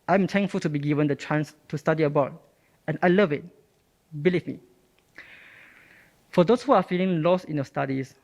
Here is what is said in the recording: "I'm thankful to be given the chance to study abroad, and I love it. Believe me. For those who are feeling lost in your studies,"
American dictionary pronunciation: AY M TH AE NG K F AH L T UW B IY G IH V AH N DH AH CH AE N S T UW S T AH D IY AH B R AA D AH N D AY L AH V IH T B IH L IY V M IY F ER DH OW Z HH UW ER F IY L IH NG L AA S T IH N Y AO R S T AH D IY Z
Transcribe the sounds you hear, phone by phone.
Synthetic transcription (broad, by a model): AY M T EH NG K F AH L T UW B IY G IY V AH N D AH CH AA N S T UW S T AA D IY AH B AA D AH N AY L AH V IH T B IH L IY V M IY F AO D OW S HH UW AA F IY L IH NG L AA S T IH N Y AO S T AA D IY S